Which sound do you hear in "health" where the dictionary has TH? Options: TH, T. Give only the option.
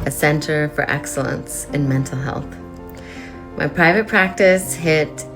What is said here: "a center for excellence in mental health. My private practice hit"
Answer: TH